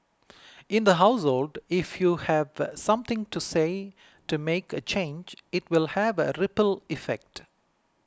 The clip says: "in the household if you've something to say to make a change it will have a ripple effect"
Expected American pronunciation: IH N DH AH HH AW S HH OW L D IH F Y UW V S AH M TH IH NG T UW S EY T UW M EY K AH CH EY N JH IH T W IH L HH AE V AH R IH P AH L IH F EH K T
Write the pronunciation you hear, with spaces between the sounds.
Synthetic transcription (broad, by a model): IH N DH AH HH AW S HH OW L D IH F Y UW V S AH M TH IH NG T UW S EY T UW M EY K AH CH EY N JH IH T W IH L HH AE V AH R IH P AH L IH F EH K T